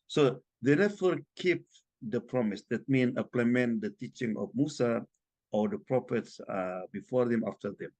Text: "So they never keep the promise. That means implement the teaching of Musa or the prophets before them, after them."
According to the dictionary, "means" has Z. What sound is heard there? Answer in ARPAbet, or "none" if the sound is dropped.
none